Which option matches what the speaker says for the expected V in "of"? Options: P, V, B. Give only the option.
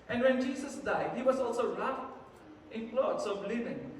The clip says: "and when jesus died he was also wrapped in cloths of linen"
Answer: B